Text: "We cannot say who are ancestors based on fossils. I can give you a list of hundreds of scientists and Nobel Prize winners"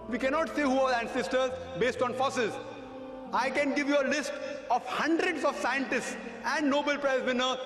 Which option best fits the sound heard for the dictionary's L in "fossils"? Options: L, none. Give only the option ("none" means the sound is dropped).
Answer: none